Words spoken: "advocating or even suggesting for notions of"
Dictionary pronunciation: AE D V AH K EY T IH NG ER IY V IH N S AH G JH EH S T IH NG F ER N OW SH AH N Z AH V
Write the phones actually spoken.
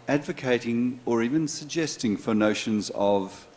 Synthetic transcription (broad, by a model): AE D V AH K EY T IH NG ER IY V IH N S AH G JH EH S T IH NG F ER N OW SH AH N Z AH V